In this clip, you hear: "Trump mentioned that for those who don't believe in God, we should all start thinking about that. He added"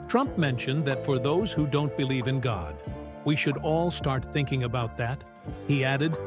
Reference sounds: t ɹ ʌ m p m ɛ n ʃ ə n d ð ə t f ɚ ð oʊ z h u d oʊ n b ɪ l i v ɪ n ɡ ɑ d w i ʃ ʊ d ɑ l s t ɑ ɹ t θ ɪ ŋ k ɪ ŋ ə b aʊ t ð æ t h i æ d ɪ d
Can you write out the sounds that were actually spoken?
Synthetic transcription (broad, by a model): t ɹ ʌ m p m ɛ n ʃ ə n ð ə t f ɚ ð oʊ z h u d oʊ n b ɪ l i v ɪ n ɡ ɑ d w i ʃ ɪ d ɑ l s t ɑ ɹ t θ ɪ ŋ k ɪ ŋ ə b aʊ t ð æ t h i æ d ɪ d